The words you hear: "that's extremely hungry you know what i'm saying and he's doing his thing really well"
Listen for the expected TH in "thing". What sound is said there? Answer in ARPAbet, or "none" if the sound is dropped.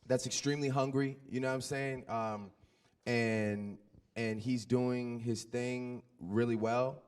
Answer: TH